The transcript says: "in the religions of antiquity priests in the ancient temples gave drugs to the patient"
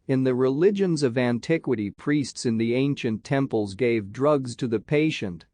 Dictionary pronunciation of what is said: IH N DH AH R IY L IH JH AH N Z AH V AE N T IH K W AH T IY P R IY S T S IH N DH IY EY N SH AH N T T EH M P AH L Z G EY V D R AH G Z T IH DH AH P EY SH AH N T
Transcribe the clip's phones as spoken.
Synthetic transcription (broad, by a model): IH N DH AH R IY L IH JH AH N Z AH V AE N T IH K W AH T IY P R IY S T S IH N DH IY EY N SH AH N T T EH M P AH L Z G EY V D R AH G Z T IH DH AH P EY SH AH N T